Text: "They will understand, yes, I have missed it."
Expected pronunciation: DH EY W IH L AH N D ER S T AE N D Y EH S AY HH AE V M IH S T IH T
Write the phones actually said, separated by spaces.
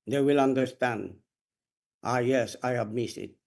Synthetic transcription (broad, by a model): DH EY W IH L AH N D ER S T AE N D Y EH S AY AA B M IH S IH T